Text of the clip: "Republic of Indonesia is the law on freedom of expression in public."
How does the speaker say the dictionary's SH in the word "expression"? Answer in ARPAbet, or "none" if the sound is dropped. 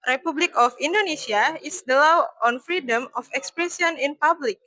S